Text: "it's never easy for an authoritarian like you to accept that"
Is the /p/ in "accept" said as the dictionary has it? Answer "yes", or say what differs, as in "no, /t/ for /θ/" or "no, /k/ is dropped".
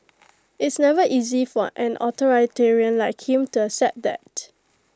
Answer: no, /p/ is dropped